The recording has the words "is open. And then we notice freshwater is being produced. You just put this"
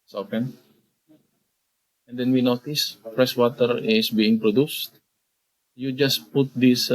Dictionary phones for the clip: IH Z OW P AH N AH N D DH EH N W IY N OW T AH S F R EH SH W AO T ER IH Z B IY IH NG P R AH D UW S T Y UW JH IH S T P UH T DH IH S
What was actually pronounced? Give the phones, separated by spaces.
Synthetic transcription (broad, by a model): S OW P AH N AH N D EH N W IY N OW T AH S P R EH S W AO T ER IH S B IY IH NG P R AH D UW S T Y UW JH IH S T P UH T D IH S